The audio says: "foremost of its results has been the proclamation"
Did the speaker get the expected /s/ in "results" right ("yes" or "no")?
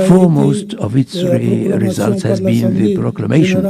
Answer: yes